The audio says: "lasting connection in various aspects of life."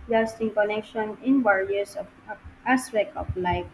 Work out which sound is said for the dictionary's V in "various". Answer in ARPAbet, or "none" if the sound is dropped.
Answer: W